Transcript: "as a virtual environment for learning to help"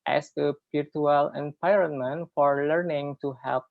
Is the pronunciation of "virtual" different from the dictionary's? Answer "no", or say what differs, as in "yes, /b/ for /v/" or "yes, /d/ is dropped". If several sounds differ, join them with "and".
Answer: yes, /p/ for /v/